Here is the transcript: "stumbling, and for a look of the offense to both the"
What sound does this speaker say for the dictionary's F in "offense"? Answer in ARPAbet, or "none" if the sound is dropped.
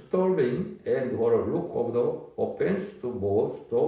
P